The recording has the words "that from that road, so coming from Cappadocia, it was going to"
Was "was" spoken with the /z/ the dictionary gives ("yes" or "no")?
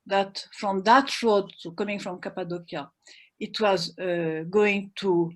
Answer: yes